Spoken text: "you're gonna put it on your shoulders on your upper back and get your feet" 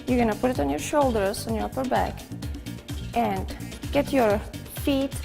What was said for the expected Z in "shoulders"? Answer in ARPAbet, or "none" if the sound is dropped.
S